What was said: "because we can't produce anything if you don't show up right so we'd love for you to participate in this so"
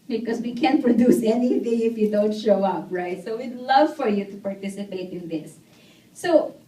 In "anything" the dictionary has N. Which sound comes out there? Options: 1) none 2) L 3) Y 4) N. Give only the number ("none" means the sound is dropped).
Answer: 4